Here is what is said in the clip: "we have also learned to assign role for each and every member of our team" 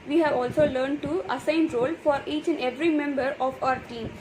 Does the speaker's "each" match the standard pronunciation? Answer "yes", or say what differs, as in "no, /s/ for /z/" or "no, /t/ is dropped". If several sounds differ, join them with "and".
yes